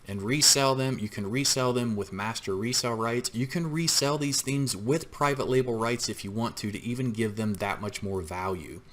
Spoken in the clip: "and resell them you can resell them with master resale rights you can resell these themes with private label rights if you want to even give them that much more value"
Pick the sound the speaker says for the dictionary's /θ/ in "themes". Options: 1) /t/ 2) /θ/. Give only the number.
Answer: 2